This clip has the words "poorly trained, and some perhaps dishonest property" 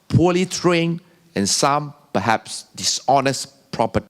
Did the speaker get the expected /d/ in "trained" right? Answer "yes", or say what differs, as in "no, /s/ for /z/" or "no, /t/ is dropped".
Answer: no, /d/ is dropped